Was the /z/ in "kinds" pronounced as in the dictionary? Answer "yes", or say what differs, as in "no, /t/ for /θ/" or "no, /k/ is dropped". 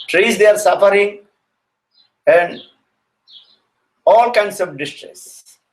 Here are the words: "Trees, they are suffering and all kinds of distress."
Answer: no, /s/ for /z/